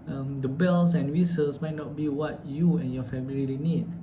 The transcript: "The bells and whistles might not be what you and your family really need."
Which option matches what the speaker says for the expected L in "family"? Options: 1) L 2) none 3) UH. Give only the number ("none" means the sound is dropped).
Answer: 2